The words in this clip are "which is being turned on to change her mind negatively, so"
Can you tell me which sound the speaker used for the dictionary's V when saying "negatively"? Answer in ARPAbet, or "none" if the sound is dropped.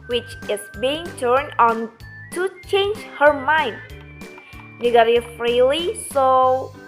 F